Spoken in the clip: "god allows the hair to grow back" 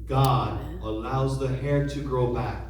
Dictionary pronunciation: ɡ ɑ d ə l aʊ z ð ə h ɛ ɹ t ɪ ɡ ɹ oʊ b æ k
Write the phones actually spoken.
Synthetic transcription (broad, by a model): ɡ ɑ d ə l aʊ z ð ə h ɛ ɹ t ɪ ɡ ɹ oʊ b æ k